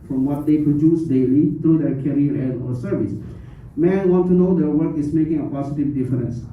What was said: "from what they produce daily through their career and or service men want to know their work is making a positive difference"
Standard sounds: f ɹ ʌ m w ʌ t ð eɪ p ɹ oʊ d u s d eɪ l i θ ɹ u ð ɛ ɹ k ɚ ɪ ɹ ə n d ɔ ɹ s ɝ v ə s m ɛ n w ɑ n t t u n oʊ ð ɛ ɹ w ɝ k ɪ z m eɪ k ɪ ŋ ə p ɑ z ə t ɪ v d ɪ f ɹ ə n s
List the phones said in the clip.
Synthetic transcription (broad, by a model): f ɹ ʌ m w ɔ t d eɪ p ɹ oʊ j u s d eɪ l i t ɹ u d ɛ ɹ k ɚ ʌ ɹ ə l ɔ ɹ s ɝ v ə s m ɛ n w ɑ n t t u n oʊ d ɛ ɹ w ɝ k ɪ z m eɪ k ɪ ŋ ə p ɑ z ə t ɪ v d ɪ f ɹ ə n s